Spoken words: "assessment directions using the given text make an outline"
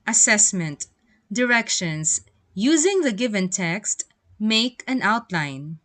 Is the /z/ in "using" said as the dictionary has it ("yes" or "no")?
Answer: yes